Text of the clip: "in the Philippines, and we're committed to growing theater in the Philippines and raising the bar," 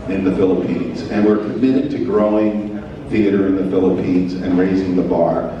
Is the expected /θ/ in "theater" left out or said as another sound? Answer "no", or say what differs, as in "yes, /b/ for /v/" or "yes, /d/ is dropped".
no